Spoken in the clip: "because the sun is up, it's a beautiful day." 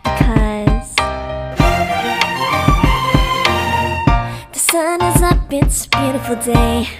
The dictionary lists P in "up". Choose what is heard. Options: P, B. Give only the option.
B